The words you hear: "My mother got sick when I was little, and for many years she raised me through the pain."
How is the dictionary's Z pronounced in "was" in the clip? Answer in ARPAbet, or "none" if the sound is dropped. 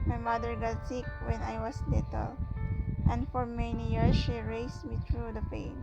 S